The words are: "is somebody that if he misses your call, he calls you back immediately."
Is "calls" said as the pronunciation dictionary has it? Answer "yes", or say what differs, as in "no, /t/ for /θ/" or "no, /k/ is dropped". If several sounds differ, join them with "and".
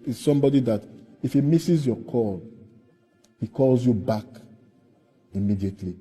yes